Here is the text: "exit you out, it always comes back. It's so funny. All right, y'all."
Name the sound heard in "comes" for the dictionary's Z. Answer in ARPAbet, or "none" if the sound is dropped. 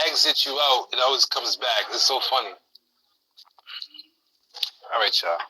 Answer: Z